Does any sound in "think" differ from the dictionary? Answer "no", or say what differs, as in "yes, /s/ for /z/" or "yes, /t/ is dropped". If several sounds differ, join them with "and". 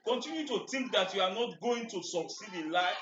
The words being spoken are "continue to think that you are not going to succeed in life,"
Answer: yes, /t/ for /θ/